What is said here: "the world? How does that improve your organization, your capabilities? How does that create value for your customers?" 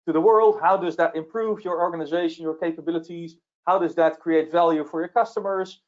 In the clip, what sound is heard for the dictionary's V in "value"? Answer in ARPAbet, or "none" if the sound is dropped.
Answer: V